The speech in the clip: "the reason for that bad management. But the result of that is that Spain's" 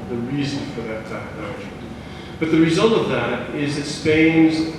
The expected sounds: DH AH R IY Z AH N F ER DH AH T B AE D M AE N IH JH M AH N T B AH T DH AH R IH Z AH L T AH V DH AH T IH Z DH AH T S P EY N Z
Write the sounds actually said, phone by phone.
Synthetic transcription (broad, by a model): DH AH R IY Z AH N F ER DH AH T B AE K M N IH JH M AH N B AH T DH AH R IH Z AH L T AH V DH AH T IH Z DH AH T S P EY N Z